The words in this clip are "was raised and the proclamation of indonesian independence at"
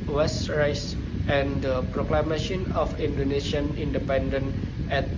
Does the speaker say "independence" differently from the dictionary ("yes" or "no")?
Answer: yes